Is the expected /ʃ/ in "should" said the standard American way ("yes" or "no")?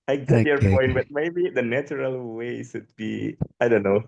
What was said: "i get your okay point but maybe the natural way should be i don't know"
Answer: no